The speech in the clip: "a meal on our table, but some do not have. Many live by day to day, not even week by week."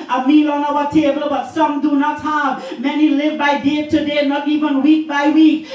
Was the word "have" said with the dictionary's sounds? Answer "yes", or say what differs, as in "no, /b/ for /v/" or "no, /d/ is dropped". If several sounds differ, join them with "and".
no, /b/ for /v/